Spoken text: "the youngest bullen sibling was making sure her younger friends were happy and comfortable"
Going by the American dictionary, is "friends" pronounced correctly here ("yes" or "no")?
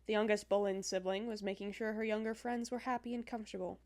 yes